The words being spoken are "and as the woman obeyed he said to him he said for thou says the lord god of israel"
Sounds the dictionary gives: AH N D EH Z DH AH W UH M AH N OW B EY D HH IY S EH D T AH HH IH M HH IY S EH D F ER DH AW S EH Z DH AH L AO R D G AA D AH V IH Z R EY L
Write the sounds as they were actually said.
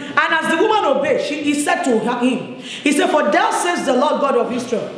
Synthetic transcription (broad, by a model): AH N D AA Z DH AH W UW M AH N OW B EY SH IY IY S EH D T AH HH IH M HH IY S EH D F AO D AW S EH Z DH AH L AO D G AA D AH V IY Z R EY L